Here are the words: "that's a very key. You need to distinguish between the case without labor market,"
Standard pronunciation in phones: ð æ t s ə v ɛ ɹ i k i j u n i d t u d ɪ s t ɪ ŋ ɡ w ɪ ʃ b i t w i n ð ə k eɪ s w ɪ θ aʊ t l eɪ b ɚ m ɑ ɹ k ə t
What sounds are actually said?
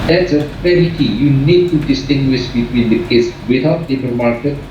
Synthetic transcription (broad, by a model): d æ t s ə f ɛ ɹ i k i j u n i d t u d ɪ s t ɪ ŋ ɡ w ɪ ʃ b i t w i n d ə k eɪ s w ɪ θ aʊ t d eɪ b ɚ m ɑ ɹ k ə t